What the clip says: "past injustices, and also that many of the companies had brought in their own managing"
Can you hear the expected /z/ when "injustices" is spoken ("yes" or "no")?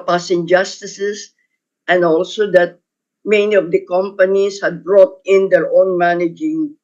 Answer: no